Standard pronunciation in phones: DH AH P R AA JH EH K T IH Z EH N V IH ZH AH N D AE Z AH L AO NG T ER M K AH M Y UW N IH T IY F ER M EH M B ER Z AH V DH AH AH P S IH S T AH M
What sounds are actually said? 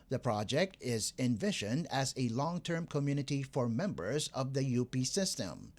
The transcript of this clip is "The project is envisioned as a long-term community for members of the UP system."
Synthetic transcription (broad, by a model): DH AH P R AA JH EH K T IH Z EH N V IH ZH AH N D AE Z AH L AO NG T ER M K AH M Y UW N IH T IY F ER M EH M B ER Z AH V DH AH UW P S IH S T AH M